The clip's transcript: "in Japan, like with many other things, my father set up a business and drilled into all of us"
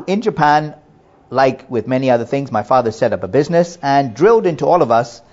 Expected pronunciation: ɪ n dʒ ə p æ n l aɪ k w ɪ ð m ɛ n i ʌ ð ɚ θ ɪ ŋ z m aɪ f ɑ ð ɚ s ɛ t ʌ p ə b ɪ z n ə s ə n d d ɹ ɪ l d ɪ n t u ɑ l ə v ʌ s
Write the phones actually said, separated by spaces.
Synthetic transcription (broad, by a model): ɪ n dʒ ə p æ n l aɪ k w ɪ ð m ɛ n i ʌ ð ɚ θ ɪ ŋ z m aɪ f ɑ ð ɚ s ɛ t ʌ p ə b ɪ z n ə s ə n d d ɹ ɪ l d ɪ n t u ɑ l ə v ʌ s